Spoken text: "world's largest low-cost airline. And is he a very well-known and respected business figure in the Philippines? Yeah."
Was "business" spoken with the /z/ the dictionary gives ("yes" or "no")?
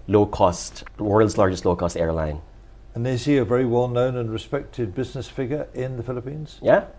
yes